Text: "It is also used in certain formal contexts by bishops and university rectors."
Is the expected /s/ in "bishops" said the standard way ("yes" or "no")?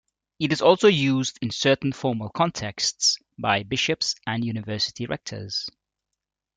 yes